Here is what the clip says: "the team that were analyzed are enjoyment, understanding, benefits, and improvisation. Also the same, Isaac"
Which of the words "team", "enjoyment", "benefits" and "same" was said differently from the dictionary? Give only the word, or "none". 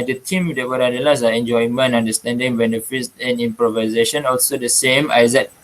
enjoyment